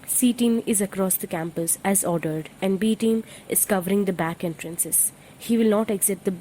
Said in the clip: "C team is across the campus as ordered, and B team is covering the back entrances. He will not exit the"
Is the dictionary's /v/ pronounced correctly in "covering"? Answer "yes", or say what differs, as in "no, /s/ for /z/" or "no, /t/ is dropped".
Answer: yes